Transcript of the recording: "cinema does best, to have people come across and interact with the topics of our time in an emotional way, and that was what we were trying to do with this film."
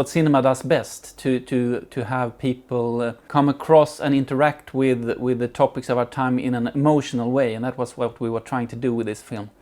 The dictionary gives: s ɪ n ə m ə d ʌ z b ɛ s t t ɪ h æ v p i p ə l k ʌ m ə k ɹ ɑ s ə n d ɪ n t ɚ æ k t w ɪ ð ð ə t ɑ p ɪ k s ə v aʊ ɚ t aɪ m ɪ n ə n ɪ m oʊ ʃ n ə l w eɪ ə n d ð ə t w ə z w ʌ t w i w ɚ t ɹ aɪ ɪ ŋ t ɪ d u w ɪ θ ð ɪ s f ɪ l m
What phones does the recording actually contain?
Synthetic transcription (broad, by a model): s ɪ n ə m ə d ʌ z b ɛ s t t ɪ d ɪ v p i p ə l k ʌ m ə k ɹ ɑ s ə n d ɪ n t ɚ æ k t w ɪ ð ð ə t ɑ p ɪ k s ə v aʊ ɚ t aɪ m ɪ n ə n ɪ m oʊ ʃ n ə l w eɪ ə n ð ə t w ə z w ʌ t w i w ɚ t ɹ aɪ ɪ ŋ t ɪ d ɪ w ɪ ð ɪ s f ɪ l m